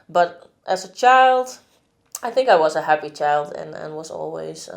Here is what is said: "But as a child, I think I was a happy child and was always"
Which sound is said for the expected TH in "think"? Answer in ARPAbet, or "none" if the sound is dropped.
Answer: TH